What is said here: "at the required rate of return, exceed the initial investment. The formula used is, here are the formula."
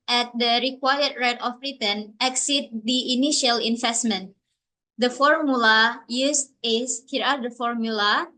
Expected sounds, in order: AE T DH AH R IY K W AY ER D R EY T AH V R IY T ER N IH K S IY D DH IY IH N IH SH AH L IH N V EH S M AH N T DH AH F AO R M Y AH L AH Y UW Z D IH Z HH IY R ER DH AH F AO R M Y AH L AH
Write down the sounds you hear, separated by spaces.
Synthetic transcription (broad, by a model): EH T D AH R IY K W AY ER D R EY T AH B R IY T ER N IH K S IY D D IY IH N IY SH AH L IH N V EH S M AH N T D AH F AO R M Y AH L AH Y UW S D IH S HH IY R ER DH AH F AO R M Y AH L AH